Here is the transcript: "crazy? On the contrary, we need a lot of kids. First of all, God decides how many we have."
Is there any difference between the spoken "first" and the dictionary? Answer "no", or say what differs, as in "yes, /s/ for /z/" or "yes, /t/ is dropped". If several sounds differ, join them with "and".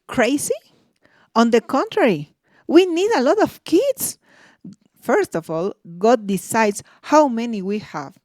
no